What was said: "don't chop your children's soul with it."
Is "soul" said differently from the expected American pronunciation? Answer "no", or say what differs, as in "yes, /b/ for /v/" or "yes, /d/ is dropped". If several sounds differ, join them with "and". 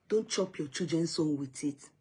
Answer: yes, /n/ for /l/